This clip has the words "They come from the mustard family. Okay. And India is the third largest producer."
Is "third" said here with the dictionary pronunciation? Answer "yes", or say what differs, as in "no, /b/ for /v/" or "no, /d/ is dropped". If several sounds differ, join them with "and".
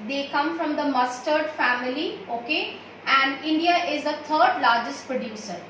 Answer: no, /t/ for /θ/